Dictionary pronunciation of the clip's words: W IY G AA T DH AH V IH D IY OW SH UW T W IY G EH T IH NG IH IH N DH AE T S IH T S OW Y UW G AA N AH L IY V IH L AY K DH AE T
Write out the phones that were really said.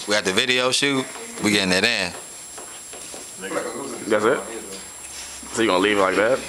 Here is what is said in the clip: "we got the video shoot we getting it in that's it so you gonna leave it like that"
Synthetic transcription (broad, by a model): W IY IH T DH AH V IH D IY OW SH UW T W IY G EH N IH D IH IH N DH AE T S IH T S OW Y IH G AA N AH L IY V L AY K DH AE T